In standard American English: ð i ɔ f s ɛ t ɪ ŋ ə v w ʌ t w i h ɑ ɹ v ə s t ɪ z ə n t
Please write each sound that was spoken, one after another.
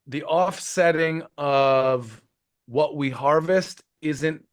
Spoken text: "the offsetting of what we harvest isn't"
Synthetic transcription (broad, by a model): ð i ɔ f s ɛ t ɪ ŋ ə v w ʌ t w i h ɑ ɹ v ə s t ɪ z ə n t